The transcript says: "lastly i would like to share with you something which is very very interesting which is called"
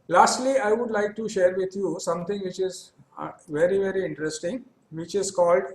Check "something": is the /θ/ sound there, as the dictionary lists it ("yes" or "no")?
no